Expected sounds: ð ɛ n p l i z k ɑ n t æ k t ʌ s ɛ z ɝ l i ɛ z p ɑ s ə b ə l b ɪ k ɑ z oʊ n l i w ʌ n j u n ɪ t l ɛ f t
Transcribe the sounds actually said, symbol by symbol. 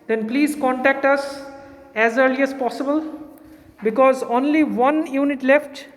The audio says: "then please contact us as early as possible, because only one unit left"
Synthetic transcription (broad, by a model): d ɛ n p l i z k ɑ n t æ k t ʌ s ɛ z ɝ l i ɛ s p ɑ s ə b ə l b ɪ k ɑ z oʊ n l i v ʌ n j u n ɪ t l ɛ f t